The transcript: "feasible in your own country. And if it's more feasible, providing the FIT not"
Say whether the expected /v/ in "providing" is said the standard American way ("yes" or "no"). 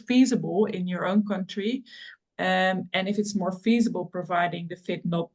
yes